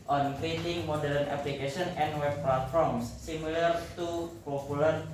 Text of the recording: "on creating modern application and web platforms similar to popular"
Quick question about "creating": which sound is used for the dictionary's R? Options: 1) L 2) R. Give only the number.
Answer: 1